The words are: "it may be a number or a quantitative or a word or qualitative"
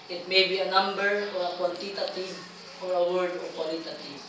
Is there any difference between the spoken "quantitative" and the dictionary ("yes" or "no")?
yes